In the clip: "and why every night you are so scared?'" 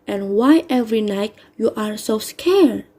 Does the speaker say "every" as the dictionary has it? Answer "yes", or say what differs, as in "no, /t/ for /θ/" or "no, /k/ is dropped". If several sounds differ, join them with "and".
yes